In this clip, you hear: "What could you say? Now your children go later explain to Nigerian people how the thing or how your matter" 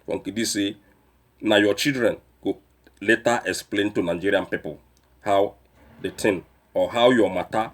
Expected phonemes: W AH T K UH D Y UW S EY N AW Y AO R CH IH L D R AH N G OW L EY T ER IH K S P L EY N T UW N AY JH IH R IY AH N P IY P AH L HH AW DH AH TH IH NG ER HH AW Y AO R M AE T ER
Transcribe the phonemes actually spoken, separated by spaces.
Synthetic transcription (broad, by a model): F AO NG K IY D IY S EY N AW Y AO CH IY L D R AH N G OW L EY T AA IH K S P L EY N T UW N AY JH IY R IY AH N P IY P AH L HH AW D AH T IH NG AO HH AW Y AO M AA T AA